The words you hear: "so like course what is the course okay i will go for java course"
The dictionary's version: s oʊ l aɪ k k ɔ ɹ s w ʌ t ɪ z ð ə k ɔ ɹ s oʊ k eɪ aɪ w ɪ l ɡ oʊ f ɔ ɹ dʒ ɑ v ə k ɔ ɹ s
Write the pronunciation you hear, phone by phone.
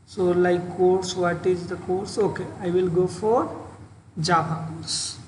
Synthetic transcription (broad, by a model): s oʊ l aɪ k k ɔ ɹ s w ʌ t ɪ z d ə k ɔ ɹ s oʊ k eɪ aɪ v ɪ l ɡ oʊ f ɔ ɹ dʒ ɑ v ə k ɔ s